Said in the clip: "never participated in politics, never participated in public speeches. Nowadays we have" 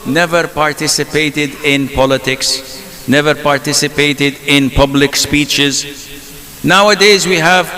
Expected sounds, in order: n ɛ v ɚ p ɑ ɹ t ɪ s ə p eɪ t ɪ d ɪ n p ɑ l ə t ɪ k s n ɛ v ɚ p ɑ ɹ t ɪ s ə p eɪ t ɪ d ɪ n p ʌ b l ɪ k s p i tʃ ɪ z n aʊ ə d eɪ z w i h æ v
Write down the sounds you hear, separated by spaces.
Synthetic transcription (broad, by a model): n ɛ v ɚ p ɑ ɹ t ɪ s ə p eɪ t ɪ d ɪ n p ɑ l ə t ɪ k s n ɛ v ɚ p ɑ ɹ t ɪ s ə p eɪ t ɪ d ɪ n p ʌ b l ɪ k s p i tʃ ɪ z n aʊ ə d eɪ z w i h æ v